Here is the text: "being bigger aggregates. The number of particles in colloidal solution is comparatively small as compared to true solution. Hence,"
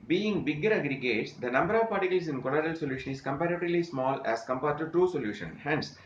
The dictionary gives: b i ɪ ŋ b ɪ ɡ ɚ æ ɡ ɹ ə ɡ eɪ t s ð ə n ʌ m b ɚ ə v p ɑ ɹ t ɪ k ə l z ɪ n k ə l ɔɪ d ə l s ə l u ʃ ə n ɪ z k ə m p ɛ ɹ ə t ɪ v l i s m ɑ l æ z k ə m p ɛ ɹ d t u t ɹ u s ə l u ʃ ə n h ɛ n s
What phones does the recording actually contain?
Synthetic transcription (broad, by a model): b i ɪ ŋ b ɪ ɡ ɚ æ ɡ ɹ ə ɡ eɪ t s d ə n ʌ m b ɚ ə v p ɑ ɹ t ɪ k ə l s ɪ n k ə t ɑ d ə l s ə l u ʃ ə n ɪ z k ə m p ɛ ɹ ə t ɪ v l i s m ɑ l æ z k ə m p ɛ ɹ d t u t ɹ u s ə l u ʃ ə n h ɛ n s